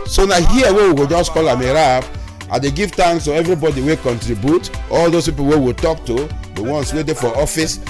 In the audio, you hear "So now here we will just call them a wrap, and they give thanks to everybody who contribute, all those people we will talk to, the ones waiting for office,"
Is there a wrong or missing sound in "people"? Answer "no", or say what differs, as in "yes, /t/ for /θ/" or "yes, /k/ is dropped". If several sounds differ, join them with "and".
yes, /w/ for /l/